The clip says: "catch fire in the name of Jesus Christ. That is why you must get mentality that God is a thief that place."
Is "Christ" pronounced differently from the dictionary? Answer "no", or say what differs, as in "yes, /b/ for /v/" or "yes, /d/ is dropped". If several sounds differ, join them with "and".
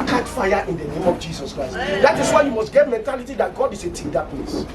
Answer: no